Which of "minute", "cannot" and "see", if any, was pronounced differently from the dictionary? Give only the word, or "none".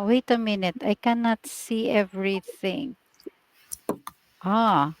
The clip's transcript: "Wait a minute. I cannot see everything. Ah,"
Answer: none